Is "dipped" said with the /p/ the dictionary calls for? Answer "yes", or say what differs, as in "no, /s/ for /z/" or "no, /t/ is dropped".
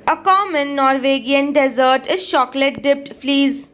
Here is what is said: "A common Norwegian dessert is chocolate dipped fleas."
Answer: yes